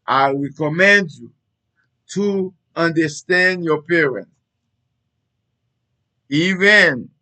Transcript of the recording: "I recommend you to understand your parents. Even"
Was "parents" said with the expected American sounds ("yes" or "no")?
no